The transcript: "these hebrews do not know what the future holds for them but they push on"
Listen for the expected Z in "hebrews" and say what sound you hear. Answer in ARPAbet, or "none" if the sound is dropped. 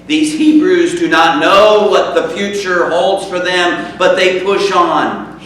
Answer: Z